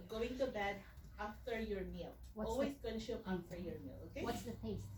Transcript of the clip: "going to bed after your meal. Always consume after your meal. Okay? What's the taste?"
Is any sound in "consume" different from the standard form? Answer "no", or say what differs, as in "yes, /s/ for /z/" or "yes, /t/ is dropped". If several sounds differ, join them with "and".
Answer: yes, /s/ is dropped